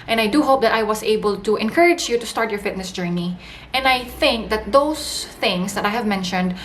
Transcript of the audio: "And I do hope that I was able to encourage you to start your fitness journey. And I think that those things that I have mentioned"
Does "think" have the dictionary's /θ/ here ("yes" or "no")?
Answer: yes